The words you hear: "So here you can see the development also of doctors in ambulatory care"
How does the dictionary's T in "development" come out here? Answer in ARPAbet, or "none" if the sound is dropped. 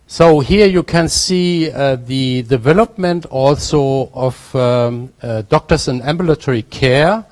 T